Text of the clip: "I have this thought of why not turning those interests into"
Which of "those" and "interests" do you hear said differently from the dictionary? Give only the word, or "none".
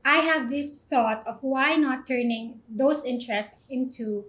those